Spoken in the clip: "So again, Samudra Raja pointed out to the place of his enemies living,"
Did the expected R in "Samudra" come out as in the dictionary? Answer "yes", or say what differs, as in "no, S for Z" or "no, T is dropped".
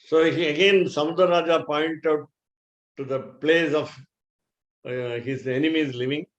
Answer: no, R is dropped